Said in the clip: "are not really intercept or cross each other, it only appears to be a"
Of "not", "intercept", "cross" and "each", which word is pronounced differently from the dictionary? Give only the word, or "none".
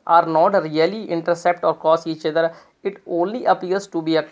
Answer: cross